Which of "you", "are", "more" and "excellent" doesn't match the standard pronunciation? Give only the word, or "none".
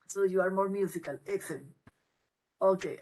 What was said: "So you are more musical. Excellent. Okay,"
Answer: excellent